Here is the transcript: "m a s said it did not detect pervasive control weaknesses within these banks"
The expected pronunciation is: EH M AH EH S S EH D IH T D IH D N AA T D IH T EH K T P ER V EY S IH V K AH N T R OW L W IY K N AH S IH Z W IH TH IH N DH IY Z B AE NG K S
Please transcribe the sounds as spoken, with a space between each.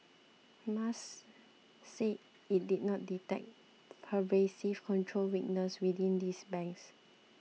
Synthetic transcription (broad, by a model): M AH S S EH IH T D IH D N AA T D IH T EH K T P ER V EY S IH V K AH N T R OW L W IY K N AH S W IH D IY N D IY S B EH NG K S